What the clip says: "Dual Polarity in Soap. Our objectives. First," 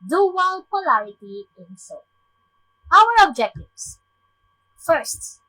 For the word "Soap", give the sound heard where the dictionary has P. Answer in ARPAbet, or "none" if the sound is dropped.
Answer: none